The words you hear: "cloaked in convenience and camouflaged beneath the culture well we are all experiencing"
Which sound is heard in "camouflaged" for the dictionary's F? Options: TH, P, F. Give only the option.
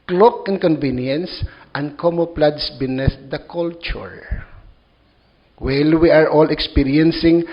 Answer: P